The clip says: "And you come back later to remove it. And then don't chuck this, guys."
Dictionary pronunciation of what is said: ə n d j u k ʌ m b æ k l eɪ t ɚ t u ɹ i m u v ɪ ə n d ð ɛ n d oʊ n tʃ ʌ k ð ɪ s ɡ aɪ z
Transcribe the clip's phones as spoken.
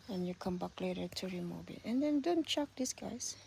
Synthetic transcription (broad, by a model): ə n j u k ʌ m b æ k l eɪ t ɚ t u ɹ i m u b ɪ ə n d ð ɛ n d oʊ n tʃ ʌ k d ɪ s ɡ aɪ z